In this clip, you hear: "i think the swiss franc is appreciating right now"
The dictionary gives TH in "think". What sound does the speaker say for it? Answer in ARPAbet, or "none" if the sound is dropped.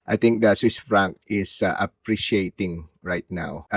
T